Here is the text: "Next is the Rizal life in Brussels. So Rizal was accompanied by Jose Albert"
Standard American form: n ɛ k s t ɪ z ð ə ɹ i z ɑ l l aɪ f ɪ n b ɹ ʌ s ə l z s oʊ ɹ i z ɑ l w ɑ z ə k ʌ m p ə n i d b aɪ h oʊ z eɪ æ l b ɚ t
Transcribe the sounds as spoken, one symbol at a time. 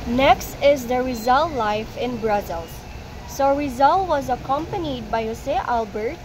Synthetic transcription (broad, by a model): n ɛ k s t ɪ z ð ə ɹ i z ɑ l l aɪ f ɪ n b ɹ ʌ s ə l s oʊ ɹ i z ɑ l w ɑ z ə k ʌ m p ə n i d b aɪ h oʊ s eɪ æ l b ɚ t